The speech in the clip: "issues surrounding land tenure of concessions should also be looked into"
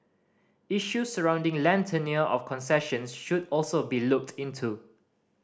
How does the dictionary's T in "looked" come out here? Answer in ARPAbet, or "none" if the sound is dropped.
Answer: T